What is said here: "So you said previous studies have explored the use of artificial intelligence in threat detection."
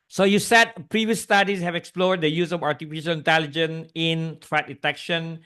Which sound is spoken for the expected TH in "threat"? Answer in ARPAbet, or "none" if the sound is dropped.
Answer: T